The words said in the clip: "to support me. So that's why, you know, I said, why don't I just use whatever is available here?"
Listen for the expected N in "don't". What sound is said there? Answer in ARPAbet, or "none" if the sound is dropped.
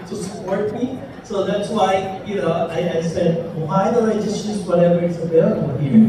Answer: L